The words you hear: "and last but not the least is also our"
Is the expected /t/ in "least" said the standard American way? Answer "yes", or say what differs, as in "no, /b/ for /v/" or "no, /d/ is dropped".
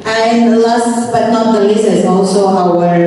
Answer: no, /t/ is dropped